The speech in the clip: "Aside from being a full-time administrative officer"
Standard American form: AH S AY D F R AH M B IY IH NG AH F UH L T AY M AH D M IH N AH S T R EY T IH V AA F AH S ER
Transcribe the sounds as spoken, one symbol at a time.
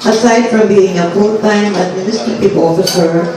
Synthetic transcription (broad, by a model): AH S AY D F R AH M B IY IH NG AH P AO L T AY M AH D M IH N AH S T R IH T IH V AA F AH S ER